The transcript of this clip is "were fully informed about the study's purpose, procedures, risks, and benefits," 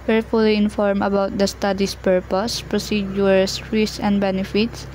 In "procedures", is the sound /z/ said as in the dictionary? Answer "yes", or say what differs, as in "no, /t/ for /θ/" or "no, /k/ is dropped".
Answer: no, /z/ is dropped